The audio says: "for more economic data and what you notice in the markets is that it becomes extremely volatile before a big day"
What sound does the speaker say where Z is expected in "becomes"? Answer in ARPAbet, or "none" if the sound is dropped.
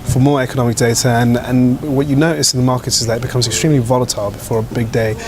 Z